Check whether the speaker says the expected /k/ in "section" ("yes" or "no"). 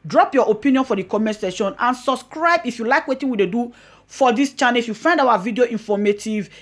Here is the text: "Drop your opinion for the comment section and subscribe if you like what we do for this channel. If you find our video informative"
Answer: no